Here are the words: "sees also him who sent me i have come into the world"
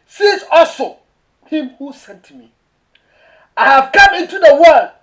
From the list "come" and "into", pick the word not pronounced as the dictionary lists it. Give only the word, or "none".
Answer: none